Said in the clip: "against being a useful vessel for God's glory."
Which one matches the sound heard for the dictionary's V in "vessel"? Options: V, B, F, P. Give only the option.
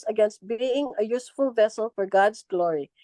V